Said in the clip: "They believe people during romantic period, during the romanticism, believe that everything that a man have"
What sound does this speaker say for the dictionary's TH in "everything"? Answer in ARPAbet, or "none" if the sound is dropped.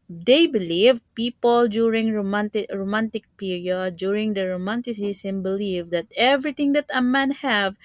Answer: T